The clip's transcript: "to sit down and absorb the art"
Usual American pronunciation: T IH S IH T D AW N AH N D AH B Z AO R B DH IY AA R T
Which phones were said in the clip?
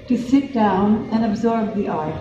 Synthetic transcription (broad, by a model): T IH S IH T D AW N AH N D AH B Z AO R B DH IY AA R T